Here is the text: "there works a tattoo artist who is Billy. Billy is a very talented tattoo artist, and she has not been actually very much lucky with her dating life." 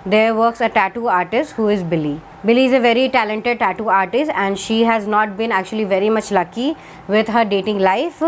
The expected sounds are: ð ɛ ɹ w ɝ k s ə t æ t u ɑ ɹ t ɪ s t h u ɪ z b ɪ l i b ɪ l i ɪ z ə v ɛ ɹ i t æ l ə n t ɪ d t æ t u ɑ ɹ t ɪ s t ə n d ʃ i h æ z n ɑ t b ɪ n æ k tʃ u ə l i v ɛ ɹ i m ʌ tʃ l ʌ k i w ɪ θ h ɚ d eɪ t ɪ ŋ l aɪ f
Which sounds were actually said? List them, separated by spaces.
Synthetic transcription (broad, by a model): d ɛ ɹ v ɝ k s ə t æ t u ɑ ɹ t ɪ s t h u ɪ z b ɪ l i b ɪ l i ɪ z ə v ɛ ɹ i t æ l ə n t ɪ d t æ t u ɑ ɹ t ɪ s t ə n d ʃ i h æ z n ɑ t b ɪ n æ k tʃ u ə l i v ɛ ɹ i m ʌ tʃ l ʌ k i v ɪ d h ɚ d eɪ t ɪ ŋ l aɪ f